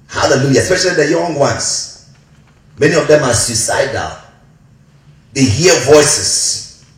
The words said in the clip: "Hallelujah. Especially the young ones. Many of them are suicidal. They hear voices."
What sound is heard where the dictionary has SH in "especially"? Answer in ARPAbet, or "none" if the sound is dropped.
SH